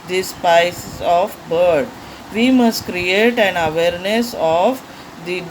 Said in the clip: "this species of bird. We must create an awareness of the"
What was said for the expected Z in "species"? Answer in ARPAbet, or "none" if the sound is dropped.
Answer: S